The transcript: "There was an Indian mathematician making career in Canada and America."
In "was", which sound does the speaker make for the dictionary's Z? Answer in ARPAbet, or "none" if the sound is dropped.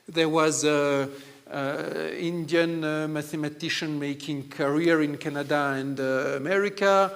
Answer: Z